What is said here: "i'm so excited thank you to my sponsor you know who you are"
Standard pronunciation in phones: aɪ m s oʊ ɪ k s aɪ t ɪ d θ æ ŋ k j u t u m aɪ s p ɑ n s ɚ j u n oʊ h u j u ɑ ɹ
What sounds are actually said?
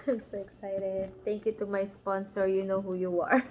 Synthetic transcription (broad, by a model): aɪ m s oʊ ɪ k s aɪ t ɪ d t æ ŋ k j u t u m aɪ s p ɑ n s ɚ j u n oʊ h u j u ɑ ɹ